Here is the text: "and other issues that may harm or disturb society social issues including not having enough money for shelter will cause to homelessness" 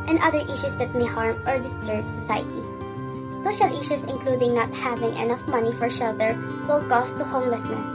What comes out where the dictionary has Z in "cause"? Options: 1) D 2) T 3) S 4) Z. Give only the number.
3